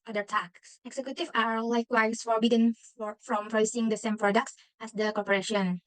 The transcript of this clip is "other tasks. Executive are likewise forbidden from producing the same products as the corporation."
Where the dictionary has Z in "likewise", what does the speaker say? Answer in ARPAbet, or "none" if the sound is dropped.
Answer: S